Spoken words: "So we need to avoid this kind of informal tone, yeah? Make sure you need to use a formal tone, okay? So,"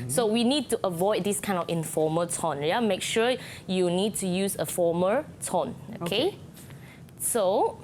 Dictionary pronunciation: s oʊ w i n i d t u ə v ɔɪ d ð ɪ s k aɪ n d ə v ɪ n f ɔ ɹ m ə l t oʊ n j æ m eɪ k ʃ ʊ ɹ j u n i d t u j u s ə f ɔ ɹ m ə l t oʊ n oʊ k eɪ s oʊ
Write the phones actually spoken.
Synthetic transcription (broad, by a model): s oʊ w i n i d t u ə v ɔɪ d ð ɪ s k aɪ n d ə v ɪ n f ɔ m ə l t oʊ n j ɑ m eɪ k ʃ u j u n i d t u j u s ə f ɔ m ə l t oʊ n oʊ k eɪ s oʊ